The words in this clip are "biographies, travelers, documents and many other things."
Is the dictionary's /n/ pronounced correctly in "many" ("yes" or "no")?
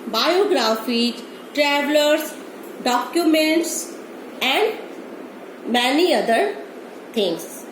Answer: yes